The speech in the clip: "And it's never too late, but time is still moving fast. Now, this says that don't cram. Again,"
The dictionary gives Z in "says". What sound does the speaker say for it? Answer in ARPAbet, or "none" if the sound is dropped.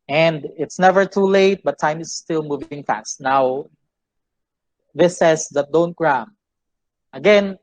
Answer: S